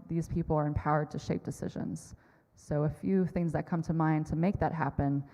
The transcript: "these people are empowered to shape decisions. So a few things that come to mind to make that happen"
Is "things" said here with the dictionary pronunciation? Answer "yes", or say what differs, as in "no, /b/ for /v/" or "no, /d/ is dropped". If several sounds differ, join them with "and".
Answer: yes